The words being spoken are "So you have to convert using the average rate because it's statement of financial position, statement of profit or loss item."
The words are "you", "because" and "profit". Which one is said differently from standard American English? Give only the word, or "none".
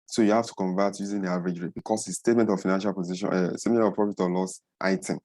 because